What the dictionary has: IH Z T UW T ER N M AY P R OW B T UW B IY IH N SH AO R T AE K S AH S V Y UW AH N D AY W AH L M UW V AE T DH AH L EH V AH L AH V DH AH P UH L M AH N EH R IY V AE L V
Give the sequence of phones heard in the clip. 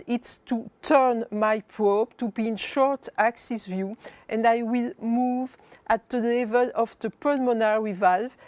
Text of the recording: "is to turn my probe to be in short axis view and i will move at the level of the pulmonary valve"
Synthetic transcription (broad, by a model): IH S T UW T ER N M AY P R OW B T UW B IY IH N SH AO R T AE K S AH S V Y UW AH N D AY W AH L M UW V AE T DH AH L EH V AH L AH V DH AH P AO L M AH N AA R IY V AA L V